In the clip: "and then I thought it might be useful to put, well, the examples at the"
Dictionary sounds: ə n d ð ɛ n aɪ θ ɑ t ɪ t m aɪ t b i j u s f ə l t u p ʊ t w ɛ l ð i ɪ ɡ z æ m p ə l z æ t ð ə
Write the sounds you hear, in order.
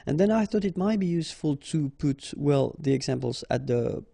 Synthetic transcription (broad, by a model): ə n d ð ɛ n aɪ θ ɑ t ɪ t m aɪ t b i j u s f ə l t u p ʊ t w ɛ l ð i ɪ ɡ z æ m p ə l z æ t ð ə